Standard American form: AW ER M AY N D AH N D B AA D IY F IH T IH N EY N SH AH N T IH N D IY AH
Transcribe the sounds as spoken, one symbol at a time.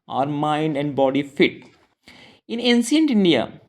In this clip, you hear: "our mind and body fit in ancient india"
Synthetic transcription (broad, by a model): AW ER M AY N D AH N D B AA D IY F IH T IH N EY N S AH N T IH N D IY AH